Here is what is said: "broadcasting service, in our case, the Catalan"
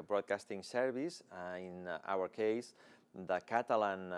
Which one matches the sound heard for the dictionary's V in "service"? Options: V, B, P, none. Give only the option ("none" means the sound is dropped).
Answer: B